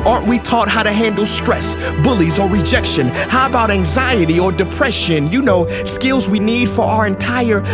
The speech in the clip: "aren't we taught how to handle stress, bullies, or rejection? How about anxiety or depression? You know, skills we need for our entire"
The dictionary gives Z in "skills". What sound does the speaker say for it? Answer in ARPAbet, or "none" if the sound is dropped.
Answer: Z